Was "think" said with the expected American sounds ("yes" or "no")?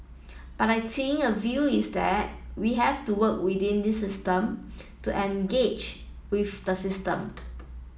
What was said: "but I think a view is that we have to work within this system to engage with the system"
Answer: no